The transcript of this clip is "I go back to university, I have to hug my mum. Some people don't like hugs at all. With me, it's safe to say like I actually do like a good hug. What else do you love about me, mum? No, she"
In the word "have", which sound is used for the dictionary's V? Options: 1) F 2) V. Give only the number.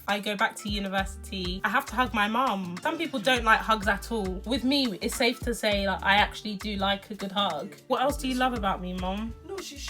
1